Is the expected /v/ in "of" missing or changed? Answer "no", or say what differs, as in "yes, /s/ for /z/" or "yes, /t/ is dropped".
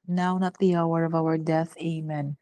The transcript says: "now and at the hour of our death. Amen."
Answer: no